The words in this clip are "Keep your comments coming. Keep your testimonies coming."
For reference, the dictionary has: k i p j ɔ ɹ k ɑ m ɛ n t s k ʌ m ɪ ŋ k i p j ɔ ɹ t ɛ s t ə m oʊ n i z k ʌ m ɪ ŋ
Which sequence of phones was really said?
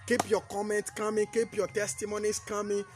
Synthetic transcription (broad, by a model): k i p j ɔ k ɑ m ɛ n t k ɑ m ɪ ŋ k i p j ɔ t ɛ s t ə m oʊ n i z k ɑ m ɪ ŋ